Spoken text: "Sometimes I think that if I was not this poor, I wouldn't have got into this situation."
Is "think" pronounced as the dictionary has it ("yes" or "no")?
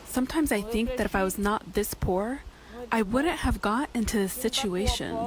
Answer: yes